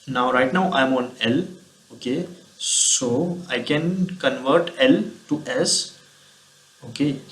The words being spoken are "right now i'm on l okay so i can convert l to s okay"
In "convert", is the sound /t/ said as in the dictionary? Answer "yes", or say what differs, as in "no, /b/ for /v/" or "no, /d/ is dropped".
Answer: yes